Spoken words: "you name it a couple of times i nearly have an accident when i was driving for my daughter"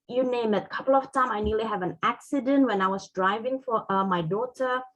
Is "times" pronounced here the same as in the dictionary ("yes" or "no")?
no